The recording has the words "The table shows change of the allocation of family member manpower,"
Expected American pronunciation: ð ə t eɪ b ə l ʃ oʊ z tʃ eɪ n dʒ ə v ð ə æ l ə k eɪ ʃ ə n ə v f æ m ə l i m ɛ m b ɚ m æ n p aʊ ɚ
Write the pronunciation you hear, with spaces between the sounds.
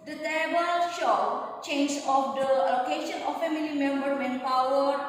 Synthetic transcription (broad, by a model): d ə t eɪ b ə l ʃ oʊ tʃ eɪ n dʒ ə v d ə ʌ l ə k eɪ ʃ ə n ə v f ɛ m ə l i m ɛ m b ɚ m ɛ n p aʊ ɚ